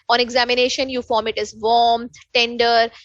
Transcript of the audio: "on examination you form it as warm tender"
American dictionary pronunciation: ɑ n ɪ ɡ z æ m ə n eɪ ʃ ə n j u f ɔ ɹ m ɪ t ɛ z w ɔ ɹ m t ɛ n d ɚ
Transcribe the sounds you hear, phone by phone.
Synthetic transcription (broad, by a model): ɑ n ɪ ɡ z æ m ə n eɪ ʃ ə n j u f ɔ ɹ m ɪ t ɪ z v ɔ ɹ m t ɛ n d ɚ